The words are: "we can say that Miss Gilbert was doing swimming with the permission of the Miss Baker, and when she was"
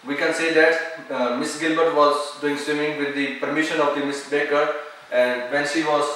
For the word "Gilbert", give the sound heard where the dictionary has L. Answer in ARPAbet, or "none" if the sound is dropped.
L